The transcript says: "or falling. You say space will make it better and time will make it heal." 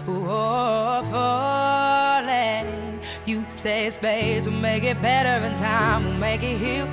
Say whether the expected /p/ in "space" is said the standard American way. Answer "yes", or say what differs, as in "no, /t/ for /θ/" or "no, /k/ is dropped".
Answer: no, /b/ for /p/